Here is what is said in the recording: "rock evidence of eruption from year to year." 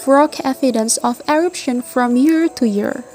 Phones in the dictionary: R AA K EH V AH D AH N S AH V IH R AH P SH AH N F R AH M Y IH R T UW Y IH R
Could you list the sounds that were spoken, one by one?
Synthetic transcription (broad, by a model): R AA K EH F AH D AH N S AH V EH R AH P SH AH N F R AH M Y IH R T UW Y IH R